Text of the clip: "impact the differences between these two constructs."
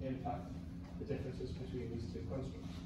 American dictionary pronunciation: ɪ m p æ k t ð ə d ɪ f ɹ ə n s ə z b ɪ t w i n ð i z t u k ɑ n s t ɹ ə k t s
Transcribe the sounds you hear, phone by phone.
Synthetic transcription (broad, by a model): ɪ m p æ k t ð ə d ɪ f ɹ ə n s ə z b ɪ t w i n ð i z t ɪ k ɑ n s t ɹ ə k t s